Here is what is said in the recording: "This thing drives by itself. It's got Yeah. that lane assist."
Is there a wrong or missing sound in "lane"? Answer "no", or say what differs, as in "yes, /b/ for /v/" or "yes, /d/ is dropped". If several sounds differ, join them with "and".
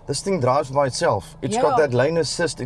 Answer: no